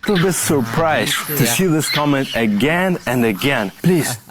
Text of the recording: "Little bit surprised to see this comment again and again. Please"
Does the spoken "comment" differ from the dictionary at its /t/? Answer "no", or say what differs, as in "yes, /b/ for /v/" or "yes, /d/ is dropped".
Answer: no